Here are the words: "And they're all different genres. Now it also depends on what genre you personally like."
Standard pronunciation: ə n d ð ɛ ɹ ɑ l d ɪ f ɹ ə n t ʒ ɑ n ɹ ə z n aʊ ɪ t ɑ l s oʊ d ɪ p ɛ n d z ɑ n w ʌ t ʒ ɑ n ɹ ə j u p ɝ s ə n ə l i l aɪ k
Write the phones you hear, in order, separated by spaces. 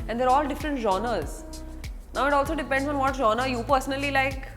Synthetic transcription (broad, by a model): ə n d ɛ ɹ ɑ l d ɪ f ɹ ə n t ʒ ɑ n ɹ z n aʊ ɪ t ɑ l s oʊ d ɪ p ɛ n d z ɑ n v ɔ t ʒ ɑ n ə j u p ɝ s ə n ə l i l aɪ k